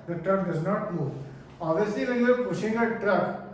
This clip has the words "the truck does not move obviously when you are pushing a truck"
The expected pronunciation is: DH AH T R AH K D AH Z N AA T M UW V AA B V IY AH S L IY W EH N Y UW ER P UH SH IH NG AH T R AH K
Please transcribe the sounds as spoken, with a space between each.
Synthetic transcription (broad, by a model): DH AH T R AH K D AH Z N AA T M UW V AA V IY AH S L IY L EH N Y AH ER P UH SH IH NG AH T R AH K